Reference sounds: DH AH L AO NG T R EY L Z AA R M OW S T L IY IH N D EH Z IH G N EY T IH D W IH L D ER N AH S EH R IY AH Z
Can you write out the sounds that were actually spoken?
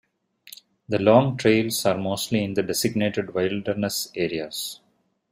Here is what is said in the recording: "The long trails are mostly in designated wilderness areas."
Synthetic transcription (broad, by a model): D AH L AO NG T R EY L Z AA R M OW S T L IY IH N D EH S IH G N EY T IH D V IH L D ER N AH S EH R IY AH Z